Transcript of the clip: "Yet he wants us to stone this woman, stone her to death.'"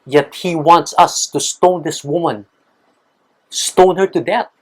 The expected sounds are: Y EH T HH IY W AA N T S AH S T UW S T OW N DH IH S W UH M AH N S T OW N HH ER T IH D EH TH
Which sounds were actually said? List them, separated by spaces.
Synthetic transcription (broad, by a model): Y EH T HH IY W AA N T S AH S T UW S T OW N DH IH S W UH M AH N S T OW N HH ER T IH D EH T